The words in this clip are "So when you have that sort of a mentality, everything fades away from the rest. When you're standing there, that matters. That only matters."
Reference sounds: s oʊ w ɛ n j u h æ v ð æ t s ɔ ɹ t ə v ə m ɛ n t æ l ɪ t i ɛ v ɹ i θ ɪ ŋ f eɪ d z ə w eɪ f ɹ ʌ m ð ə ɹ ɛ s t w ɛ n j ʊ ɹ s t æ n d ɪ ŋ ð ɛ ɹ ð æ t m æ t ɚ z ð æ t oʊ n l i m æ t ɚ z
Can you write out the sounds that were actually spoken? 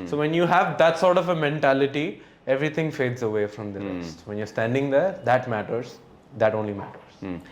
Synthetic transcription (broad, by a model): s oʊ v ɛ n j u h æ v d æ t s ɔ ɹ t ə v ə m ɛ n t æ l ɪ t i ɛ v ɹ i t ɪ ŋ f eɪ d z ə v eɪ f ɹ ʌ m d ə ɹ ɛ s t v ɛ n j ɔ ɹ s t æ n d ɪ ŋ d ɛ ɹ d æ t m æ t ɚ z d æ t oʊ n l i m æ t ɚ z